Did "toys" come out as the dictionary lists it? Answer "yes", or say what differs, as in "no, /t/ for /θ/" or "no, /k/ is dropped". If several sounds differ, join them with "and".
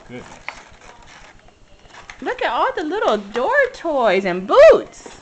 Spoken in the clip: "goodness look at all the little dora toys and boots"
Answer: yes